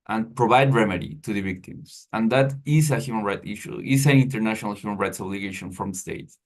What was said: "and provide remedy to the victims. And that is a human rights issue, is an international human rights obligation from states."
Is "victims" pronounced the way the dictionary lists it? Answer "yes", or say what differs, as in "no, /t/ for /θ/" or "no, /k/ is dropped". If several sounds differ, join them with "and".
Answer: no, /s/ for /z/